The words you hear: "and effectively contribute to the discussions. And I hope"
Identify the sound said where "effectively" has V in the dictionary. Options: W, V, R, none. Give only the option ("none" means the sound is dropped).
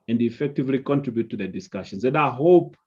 V